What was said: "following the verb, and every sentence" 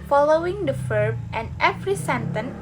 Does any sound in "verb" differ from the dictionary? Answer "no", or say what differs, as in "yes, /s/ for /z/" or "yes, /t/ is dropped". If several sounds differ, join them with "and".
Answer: yes, /f/ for /v/